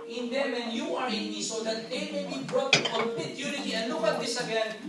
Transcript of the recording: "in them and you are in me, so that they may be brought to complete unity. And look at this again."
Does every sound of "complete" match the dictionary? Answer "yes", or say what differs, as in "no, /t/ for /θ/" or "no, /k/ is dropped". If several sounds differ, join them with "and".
no, /l/ is dropped